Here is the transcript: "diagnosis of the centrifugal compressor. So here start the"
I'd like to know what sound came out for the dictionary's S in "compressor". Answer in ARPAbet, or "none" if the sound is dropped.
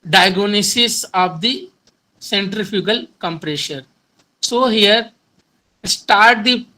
SH